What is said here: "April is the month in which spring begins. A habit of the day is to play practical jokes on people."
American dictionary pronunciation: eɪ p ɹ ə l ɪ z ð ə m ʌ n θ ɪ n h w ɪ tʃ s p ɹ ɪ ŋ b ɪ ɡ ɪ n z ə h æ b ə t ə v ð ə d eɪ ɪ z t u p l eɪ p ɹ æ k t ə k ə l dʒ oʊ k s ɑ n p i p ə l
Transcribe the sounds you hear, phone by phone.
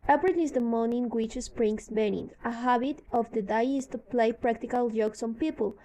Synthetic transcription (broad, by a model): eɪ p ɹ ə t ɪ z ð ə m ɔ n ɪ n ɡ w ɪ tʃ s p ɹ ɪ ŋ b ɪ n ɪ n ə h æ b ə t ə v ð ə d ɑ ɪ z t u p l eɪ p ɹ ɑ k t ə k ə l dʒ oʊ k s ɑ n p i p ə l